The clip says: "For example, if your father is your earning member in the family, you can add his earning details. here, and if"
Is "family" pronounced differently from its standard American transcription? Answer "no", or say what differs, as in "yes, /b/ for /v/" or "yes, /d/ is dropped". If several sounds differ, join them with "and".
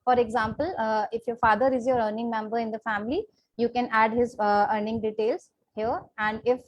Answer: no